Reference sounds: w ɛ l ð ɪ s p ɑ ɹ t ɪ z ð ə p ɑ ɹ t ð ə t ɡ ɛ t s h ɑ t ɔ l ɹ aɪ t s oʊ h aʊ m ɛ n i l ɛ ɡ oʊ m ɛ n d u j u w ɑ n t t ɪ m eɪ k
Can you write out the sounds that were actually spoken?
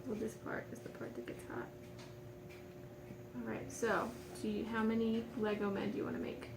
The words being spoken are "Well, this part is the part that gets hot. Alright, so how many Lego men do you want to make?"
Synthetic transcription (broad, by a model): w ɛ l ð ɪ s p ɑ ɹ t ɪ z ð ə p ɑ ɹ t ð ə t ɡ ɛ t s h ɑ t ɔ l ɹ aɪ t s oʊ h aʊ m ɛ n i l ɛ ɡ oʊ m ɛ n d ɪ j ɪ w ɑ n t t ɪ m eɪ k